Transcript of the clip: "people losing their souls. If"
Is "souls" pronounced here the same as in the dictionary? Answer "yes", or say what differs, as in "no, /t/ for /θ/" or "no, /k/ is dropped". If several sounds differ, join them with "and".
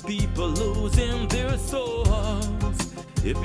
no, /l/ is dropped